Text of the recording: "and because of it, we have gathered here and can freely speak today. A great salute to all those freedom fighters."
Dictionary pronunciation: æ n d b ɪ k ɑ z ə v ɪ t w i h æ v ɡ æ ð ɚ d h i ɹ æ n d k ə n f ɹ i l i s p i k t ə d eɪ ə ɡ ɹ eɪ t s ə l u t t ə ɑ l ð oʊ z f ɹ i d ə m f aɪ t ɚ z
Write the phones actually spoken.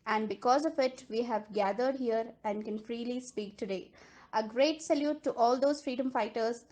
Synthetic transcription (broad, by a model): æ n d b ɪ k ɑ z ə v ɪ t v i h æ v ɡ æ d ɚ d h i ɹ æ n d k ə n f ɹ i l i s p i k t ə d eɪ ə ɡ ɹ eɪ t s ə l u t t ɑ l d oʊ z f ɹ i d ə m f aɪ t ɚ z